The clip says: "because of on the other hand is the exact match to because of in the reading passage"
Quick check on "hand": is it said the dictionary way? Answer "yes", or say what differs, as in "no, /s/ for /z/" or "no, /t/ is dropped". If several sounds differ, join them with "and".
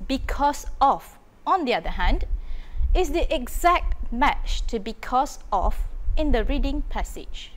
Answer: yes